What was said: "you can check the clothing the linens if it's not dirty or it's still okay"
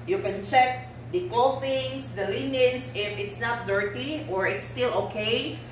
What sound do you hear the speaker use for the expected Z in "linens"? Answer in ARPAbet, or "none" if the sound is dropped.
S